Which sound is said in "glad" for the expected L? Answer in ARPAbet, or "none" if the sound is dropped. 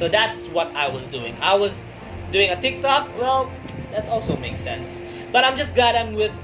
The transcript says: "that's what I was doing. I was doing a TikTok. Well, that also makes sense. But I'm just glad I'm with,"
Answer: none